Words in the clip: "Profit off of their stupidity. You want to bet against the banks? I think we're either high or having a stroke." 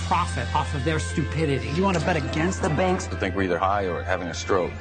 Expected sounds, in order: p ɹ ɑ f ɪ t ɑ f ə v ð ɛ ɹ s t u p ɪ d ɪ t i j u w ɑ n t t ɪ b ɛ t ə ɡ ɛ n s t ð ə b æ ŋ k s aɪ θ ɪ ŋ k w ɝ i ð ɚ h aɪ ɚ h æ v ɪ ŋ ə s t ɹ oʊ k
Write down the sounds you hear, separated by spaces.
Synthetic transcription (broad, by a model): p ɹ ɑ f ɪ t ɑ f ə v ð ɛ ɹ s t u p ɪ d ɪ t i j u w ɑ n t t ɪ b ɛ t ə ɡ ɛ n s t ð ə b æ ŋ k s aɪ θ ɪ ŋ k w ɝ i ð ɚ h aɪ ɚ h æ v ɪ ŋ ə s t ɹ oʊ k